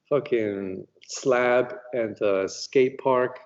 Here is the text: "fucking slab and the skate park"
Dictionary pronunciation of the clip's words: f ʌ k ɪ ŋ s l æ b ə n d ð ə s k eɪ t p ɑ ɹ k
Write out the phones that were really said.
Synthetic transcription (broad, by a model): f ʌ k ɪ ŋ s l æ b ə n ð ə s k eɪ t p ɑ ɹ k